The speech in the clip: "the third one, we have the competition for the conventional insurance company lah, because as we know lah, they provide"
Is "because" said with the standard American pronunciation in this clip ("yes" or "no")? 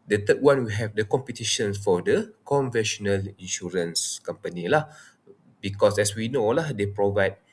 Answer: no